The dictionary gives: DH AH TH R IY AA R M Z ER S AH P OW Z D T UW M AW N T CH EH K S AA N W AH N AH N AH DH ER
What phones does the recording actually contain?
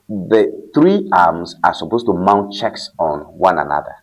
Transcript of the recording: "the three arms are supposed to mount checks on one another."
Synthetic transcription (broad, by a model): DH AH TH R IY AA M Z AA S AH P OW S T UW M AW N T CH EH K S AA N W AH N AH N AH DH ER